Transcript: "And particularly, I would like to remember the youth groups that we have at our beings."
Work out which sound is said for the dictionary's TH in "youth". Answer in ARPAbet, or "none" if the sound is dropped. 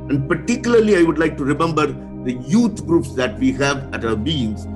T